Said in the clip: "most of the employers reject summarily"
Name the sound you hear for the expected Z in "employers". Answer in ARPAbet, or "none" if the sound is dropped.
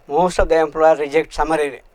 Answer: none